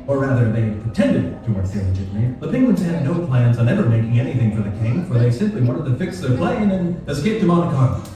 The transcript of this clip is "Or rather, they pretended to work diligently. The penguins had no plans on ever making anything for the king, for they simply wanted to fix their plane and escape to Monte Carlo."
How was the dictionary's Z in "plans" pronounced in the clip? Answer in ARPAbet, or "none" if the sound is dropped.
Z